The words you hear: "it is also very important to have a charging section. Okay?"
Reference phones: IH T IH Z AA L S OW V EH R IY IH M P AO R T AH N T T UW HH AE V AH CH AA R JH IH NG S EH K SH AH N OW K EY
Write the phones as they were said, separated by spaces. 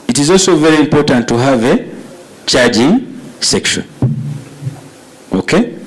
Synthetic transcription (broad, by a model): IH T IH Z AA L S OW V EH R IY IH M P AO R T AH N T T UW HH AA V AH CH AA R JH IH NG S EH K SH AH N OW K EY